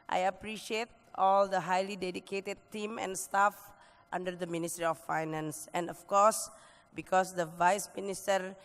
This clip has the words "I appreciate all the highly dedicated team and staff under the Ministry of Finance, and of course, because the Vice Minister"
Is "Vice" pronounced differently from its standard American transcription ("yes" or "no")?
no